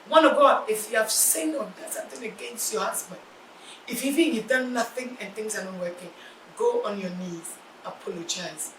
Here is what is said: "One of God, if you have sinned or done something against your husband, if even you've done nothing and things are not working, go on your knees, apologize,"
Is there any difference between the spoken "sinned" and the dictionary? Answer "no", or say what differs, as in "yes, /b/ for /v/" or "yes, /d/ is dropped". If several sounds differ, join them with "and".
yes, /d/ is dropped